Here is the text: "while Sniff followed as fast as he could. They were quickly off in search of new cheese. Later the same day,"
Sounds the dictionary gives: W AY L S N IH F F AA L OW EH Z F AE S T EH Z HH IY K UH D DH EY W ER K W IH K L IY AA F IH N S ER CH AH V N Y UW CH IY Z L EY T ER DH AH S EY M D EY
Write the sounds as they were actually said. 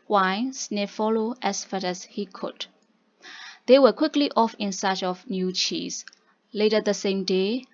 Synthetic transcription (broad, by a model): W AY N S N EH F F AA L OW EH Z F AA T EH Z HH IY K UH D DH EY W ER K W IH K L IY AA F IH N S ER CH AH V N Y UW CH IY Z L EY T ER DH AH S EY M D EY